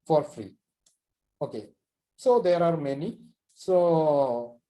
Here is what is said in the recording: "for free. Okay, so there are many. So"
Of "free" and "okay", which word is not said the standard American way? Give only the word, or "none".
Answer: none